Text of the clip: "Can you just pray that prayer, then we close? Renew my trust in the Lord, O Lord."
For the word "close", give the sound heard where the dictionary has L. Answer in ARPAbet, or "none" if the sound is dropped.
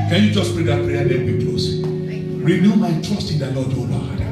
none